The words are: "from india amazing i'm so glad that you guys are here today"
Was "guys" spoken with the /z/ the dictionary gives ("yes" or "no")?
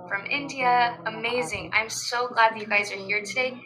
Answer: yes